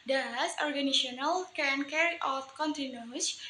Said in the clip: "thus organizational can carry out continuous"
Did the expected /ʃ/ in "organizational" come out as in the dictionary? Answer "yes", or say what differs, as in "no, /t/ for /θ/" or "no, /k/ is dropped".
no, /ʃ/ is dropped